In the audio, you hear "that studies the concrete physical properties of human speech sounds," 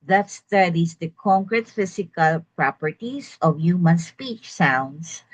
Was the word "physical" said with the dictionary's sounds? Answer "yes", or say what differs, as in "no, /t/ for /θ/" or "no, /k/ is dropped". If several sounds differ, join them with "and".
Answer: no, /s/ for /z/